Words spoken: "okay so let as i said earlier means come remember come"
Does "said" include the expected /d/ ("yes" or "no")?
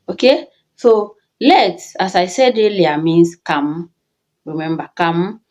yes